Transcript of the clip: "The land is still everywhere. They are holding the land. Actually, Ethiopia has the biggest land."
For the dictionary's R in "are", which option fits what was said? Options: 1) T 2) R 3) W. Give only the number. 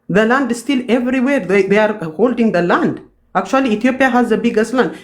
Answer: 2